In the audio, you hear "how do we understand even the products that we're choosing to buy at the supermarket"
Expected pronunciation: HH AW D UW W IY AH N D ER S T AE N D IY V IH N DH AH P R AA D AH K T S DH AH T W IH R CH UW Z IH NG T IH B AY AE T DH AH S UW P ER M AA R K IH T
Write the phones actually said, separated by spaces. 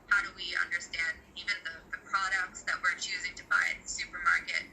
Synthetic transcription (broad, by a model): HH AW D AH W IY AH N D ER S T AE N D IY V IH N DH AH P R AA D AH K T S DH AH T W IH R CH UW Z IH NG T IH B AY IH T DH AH S UW P ER M AA R K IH T